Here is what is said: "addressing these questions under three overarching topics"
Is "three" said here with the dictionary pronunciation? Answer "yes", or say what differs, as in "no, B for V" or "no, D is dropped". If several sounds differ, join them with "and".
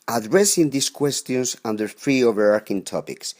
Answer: no, F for TH